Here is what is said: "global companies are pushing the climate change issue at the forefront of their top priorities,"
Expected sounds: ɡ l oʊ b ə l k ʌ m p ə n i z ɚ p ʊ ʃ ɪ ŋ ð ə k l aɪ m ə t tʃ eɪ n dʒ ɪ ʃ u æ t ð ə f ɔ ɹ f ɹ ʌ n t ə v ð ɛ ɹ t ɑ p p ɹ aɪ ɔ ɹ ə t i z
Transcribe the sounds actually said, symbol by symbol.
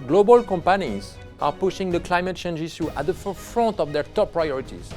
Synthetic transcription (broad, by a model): ɡ l oʊ b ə l k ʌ m p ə n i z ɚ p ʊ ʃ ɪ ŋ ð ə k l aɪ m ə t tʃ eɪ n dʒ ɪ s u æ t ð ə f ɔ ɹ f ɹ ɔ n t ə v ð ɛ ɹ t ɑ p p ɹ aɪ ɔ ɹ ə t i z